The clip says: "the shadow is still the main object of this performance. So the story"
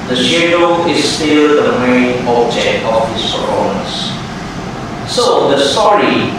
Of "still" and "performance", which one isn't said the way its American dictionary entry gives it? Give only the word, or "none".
performance